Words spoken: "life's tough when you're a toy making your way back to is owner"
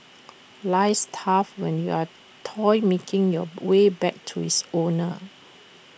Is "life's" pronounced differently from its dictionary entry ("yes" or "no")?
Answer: yes